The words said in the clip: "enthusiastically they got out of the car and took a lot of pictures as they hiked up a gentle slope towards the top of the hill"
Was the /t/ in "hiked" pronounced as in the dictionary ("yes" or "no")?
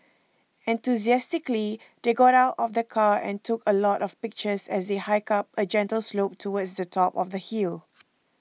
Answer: no